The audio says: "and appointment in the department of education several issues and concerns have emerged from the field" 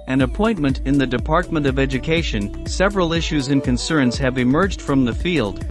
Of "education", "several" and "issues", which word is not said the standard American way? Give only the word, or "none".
none